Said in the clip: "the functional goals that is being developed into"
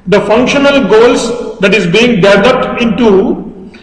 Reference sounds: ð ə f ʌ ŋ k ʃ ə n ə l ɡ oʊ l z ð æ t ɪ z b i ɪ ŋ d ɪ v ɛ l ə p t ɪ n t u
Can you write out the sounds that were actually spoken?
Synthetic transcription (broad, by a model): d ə f ʌ ŋ k ʃ ə n ə l ɡ oʊ l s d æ t ɪ z b i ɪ ŋ d ɪ v ɛ l ə p t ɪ n t u